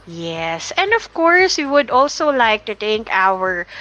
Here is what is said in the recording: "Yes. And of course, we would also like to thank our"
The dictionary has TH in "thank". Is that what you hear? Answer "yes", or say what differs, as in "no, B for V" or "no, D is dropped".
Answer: no, T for TH